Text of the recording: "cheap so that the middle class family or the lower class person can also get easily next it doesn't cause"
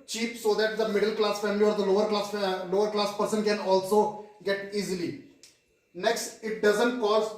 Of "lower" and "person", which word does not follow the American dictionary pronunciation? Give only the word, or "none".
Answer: none